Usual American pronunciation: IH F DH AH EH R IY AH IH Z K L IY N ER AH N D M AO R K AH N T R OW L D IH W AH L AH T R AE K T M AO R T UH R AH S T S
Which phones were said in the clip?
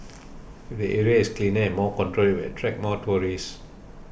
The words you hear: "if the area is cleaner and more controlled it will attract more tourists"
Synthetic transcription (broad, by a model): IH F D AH EH R IY AH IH S K L IY N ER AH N M AO K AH N T R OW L IH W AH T R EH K M AO T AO R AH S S